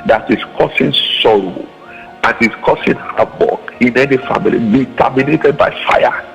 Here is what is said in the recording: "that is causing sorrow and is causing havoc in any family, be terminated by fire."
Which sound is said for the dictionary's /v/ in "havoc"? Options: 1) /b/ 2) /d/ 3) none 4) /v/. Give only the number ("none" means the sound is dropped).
1